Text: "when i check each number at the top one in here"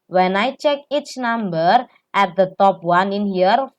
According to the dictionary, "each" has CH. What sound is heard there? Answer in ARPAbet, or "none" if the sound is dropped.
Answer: CH